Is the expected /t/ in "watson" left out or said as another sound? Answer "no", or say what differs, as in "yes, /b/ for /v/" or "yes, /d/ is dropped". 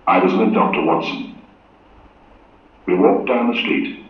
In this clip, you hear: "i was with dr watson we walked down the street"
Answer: no